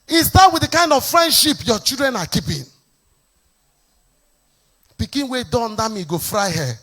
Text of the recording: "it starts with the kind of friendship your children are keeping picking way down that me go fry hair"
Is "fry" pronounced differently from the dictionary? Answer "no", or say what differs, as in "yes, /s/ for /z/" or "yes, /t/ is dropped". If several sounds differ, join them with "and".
no